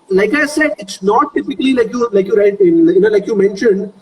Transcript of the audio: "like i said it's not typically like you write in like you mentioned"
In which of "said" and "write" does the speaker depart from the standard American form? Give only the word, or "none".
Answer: write